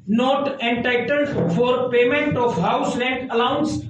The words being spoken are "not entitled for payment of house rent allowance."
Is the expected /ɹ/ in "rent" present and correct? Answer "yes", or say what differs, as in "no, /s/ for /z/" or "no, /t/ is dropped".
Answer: no, /l/ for /ɹ/